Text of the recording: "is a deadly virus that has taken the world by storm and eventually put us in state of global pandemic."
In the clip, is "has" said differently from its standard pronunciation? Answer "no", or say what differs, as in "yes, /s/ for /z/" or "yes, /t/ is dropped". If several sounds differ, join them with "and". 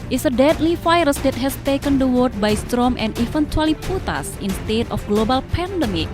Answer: yes, /s/ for /z/